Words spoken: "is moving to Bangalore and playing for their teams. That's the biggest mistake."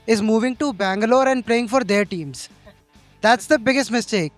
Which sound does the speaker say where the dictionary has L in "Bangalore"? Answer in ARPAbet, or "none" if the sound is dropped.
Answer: L